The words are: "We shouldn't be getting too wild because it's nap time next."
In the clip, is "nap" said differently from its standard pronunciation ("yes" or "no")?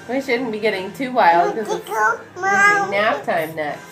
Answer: yes